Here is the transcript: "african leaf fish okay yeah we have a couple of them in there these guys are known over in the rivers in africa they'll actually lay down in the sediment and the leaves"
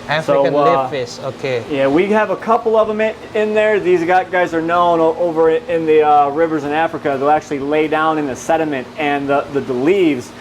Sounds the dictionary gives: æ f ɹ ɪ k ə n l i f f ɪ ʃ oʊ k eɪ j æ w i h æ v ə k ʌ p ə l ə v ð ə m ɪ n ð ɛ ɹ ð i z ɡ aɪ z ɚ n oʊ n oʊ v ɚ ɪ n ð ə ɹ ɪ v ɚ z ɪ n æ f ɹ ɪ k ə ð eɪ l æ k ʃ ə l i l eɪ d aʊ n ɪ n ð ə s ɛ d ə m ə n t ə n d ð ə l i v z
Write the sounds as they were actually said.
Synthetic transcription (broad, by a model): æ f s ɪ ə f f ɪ s oʊ k eɪ j æ w i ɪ v ə k ʌ p l ə v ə m ɪ n ð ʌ ɹ ð i z ɡ aɪ z ɚ n oʊ n oʊ v ɚ ɪ n ð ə ɹ ɪ v ɚ z ɪ n æ f ɹ ɪ k ə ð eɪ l æ k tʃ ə l i l eɪ d aʊ n ɪ n ð ə s ɛ d ə m ə n t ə n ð ð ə l i v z